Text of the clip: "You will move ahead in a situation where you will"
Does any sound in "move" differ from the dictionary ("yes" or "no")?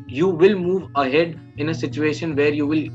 no